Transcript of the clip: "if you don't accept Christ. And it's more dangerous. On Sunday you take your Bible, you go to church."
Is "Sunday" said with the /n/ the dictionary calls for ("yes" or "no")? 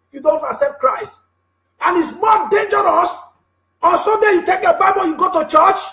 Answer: no